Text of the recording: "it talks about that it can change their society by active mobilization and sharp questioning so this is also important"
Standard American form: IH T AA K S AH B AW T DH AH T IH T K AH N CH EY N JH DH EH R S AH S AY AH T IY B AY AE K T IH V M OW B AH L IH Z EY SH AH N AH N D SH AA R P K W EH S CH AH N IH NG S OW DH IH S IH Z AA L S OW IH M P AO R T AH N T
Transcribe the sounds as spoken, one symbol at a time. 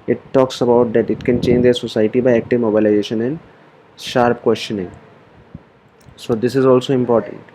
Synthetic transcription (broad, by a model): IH T AA K S AH B AW T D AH T IH T K AH N CH EY N JH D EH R S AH S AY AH T IY B AY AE K T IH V M OW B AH L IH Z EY SH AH N AH N D SH AA R P K W EH S CH AH N IH NG S OW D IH S IH Z AA L S OW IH M P AO R T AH N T